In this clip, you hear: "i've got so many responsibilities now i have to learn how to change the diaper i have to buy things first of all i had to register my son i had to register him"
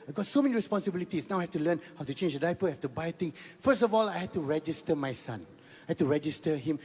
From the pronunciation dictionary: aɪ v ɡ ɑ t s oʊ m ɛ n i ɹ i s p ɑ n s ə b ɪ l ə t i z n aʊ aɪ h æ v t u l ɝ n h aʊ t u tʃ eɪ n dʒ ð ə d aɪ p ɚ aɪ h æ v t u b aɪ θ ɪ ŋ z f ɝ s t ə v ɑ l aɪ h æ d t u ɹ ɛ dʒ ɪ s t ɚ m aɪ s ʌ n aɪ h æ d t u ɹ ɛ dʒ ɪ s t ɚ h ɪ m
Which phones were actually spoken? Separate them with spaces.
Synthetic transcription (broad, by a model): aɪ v ɡ ɑ t s oʊ m ɛ n i ɹ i s p ɑ n s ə b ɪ l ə t i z n aʊ aɪ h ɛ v t u l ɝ n h aʊ t u tʃ eɪ n dʒ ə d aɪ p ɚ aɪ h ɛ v t u b aɪ t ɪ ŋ f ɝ s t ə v ɑ l aɪ h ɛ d t u ɹ ɛ dʒ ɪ s t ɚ m aɪ s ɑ n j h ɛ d t u ɹ ɛ dʒ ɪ s t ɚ h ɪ m